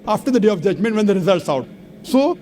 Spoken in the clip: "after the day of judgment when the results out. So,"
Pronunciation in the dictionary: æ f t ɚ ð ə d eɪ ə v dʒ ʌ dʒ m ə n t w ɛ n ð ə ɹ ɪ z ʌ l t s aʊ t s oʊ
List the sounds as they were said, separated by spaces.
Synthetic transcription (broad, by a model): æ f t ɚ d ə d eɪ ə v dʒ ʌ dʒ m ə n t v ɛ n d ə ɹ ɪ z ʌ l t s aʊ t s oʊ